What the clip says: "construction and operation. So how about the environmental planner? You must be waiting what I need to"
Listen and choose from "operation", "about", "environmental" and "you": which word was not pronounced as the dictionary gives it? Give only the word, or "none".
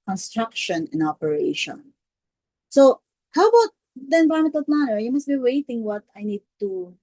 environmental